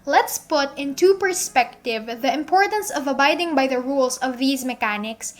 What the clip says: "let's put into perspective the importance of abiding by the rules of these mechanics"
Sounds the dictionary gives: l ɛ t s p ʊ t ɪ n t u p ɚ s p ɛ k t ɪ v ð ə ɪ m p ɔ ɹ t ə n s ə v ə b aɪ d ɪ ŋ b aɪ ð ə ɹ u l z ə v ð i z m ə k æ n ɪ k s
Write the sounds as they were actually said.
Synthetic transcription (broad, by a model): l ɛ t s p ʊ t ɪ n t u p ɚ s p ɛ k t ɪ v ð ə ɪ m p ɔ ɹ t ə n s ə v ə b aɪ d ɪ ŋ b aɪ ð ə ɹ u l s ə v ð i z m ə k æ n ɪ k s